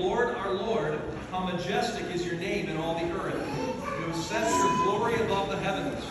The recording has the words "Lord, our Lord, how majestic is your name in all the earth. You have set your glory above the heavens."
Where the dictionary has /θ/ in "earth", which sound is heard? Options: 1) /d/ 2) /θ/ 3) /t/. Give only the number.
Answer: 2